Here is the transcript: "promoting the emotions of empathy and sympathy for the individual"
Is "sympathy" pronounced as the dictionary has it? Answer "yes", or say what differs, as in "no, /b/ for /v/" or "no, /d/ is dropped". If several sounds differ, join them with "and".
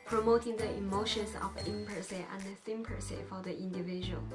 no, /s/ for /θ/